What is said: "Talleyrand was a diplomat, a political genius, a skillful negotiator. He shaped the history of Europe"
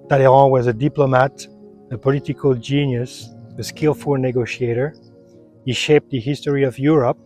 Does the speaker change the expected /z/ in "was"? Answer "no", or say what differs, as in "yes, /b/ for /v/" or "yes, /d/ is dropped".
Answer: no